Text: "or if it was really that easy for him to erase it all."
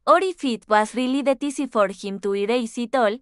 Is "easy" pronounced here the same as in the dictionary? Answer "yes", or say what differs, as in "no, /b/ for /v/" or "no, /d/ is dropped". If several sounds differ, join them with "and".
no, /s/ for /z/